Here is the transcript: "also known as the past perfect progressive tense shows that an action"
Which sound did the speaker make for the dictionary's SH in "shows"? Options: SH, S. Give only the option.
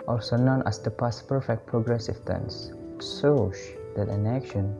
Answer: S